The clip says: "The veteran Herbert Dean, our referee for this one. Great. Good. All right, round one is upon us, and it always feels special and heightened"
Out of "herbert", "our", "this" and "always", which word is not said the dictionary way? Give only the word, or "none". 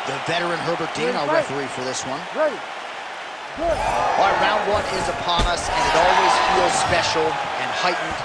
our